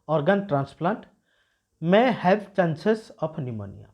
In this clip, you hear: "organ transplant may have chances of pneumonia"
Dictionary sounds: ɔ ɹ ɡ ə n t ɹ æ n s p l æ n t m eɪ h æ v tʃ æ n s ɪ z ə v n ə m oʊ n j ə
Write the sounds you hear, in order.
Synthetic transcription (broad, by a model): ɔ ɹ ɡ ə n t ɹ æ n s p l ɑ n t m eɪ h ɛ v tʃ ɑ n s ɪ s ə p n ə m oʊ n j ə